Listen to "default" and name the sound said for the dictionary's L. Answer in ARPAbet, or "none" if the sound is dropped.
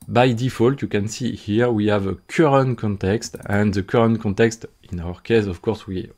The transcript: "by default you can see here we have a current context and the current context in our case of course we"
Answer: L